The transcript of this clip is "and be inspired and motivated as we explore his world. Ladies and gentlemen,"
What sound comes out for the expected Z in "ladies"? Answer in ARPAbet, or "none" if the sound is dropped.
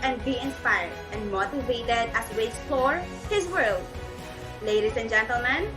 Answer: S